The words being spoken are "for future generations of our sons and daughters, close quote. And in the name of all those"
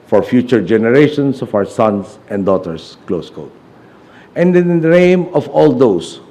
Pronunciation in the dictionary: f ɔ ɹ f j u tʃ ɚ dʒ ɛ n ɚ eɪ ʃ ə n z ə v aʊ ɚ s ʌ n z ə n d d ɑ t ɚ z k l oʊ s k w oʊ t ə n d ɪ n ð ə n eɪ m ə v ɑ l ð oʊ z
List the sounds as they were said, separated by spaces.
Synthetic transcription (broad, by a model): f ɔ ɹ f j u tʃ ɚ dʒ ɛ n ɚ eɪ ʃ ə n s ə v aʊ ɚ s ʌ n s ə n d d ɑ t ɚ s k l oʊ s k oʊ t ə n d ɪ n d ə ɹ eɪ m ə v ɑ l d oʊ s